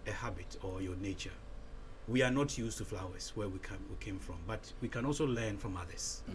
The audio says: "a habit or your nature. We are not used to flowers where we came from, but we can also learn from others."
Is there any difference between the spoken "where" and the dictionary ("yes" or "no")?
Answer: yes